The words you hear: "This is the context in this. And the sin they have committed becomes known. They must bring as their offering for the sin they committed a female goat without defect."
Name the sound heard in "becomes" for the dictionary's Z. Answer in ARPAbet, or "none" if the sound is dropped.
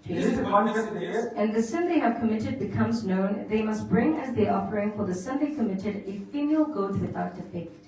Z